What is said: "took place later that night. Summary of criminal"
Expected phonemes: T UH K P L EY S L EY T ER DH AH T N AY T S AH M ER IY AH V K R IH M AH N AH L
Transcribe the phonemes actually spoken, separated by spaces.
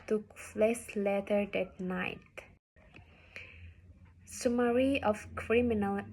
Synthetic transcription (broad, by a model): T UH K F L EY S L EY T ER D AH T N AY T S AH M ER IY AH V K R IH M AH N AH L